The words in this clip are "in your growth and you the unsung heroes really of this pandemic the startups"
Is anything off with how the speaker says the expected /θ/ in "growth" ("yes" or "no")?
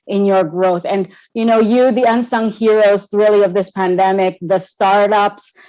no